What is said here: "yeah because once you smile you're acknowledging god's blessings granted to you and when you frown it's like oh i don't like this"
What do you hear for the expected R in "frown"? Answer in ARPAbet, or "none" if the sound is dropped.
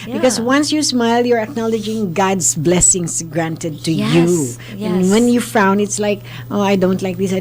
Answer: none